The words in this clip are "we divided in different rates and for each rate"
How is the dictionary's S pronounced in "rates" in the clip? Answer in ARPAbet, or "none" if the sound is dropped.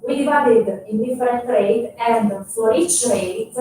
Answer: none